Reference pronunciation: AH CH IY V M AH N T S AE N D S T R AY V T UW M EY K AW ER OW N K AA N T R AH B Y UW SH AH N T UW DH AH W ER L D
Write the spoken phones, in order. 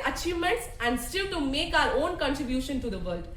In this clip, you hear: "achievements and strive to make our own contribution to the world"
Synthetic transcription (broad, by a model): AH CH IY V M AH N T S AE N D S T IH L T UW M EY K AW ER OW N K AA N T R AH B Y UW SH AH N T UW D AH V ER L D